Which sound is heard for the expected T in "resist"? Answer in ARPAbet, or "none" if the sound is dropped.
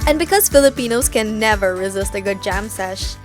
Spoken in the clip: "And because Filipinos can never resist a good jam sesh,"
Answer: T